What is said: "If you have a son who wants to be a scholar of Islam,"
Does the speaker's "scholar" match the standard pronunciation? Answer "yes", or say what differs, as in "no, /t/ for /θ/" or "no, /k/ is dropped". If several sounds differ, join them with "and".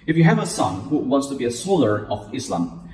no, /k/ is dropped